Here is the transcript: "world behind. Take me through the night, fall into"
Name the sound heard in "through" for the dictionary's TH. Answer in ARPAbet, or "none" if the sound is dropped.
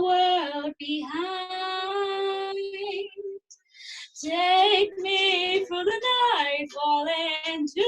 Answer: F